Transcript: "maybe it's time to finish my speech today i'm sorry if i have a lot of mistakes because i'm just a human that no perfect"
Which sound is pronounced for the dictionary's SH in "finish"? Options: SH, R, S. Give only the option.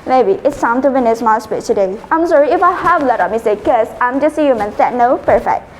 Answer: S